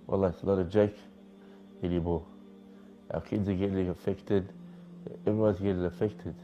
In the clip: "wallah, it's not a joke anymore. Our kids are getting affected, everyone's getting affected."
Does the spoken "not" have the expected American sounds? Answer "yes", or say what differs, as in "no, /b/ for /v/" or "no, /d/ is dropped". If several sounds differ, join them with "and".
no, /l/ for /n/